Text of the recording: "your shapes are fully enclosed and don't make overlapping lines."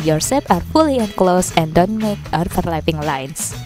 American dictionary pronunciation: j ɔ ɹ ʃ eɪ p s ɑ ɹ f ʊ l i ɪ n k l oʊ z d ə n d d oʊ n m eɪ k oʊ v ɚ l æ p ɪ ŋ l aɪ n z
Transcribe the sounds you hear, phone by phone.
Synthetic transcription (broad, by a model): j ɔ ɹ s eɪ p ɑ ɹ f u l i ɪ n k l oʊ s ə n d d oʊ n m eɪ k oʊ f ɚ l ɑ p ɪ ŋ l aɪ n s